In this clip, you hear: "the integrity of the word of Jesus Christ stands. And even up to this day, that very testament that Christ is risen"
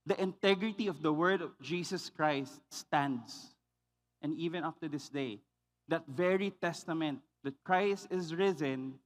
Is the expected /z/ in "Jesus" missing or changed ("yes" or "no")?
yes